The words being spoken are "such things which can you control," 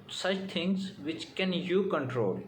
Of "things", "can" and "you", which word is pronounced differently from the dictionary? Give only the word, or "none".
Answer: things